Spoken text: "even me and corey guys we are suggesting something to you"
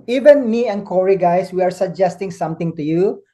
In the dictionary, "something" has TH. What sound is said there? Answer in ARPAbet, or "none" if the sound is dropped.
T